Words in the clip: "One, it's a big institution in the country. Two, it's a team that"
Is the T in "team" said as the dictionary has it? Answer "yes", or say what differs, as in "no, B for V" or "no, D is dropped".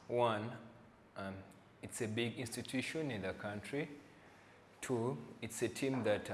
yes